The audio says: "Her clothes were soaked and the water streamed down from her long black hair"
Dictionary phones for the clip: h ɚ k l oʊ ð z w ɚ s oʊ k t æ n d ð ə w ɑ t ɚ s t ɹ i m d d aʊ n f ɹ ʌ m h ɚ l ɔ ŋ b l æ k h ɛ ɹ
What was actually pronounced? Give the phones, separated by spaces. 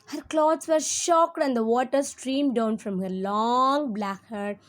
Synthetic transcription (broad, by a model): h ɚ k l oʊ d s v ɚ ʃ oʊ k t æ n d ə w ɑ t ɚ s t ɹ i m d d aʊ n f ɹ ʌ m h ɚ l ɔ ŋ b l æ k h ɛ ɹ